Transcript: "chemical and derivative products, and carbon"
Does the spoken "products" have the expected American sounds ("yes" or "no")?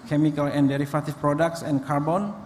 yes